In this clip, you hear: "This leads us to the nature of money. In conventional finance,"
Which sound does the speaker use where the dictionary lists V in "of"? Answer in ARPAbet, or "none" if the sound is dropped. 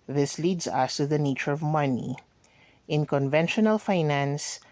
V